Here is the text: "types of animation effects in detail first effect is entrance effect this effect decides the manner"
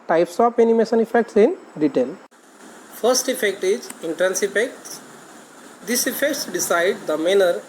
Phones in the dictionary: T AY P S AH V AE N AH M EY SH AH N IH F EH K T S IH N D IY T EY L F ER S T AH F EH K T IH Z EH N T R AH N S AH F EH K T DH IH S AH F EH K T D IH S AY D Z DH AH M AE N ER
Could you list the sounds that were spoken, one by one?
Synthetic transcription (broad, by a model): T AY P S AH P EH N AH M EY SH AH N IH F EH K T S IH N D IY T EY L F ER S T AH F EH K T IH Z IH N T R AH N S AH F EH K T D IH S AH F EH K T D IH S AY D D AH M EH N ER